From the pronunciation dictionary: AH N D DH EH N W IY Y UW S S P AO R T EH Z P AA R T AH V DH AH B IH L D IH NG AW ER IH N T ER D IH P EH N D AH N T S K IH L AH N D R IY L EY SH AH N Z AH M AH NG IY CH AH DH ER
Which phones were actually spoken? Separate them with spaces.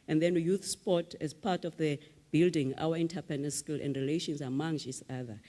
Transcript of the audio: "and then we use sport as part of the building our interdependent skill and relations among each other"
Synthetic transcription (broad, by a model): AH N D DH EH N Y UW TH S P AO T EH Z P AA T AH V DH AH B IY L D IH NG AW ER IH N T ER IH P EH N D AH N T S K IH L AH N D R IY L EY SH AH N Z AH M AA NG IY S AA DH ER